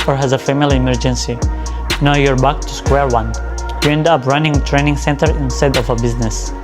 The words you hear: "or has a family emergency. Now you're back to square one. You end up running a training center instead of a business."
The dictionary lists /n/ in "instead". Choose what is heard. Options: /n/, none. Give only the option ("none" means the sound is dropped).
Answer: /n/